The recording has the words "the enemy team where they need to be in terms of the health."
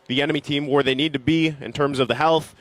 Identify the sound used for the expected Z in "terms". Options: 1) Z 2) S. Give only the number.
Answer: 1